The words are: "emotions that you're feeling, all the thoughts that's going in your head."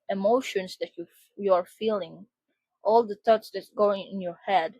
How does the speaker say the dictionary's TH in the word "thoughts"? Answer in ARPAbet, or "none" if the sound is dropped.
T